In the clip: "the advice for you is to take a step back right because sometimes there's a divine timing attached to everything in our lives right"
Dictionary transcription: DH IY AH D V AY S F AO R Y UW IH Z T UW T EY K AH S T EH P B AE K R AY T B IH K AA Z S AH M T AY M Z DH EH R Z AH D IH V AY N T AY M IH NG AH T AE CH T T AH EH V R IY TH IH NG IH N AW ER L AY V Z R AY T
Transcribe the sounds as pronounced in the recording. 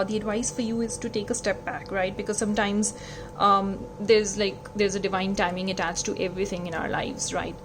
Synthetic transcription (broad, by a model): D IY AH D V AY S F AO R Y UW IH Z T UW T EY K AH S T EH P B AE K R AY T B IH K AA Z S AH M T AY M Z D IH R Z AH D IH V AY N T AY M IH NG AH T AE CH T T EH V R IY T IH NG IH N AW ER L AY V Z R AY T